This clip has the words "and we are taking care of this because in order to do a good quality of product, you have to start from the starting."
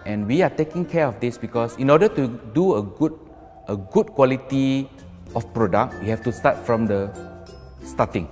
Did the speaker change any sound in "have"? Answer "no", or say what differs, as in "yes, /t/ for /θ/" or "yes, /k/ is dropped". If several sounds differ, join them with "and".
yes, /f/ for /v/